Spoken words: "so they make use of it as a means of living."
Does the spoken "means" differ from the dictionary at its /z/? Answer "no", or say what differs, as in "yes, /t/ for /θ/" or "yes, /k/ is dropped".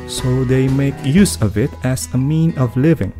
yes, /z/ is dropped